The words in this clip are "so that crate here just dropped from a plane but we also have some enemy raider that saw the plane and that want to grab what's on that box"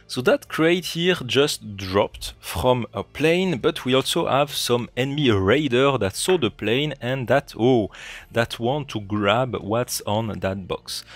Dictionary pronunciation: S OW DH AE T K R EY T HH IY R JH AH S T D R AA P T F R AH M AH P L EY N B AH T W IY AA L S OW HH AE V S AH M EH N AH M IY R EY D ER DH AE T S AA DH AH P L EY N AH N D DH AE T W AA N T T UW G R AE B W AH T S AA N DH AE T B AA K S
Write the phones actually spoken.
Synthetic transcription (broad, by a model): S OW DH AE T K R EY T HH IY R JH AH S T D R AA P T F R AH M AH P L EY N B AH T W IY AA L S OW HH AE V S AH M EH N M IY R EY D ER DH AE T S AA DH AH P L EY N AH N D DH AE T W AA N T T UW G R AE B W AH T S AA N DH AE T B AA K S